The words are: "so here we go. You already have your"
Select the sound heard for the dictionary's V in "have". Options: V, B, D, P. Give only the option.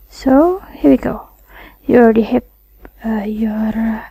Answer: P